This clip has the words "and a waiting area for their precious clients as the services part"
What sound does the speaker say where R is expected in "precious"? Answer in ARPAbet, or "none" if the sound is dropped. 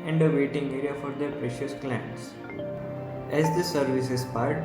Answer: R